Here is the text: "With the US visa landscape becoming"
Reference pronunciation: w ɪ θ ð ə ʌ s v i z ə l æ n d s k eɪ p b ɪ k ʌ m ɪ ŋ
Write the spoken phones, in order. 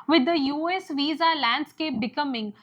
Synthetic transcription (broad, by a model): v ɪ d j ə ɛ s v i z ə l æ n d s k eɪ p b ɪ k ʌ m ɪ ŋ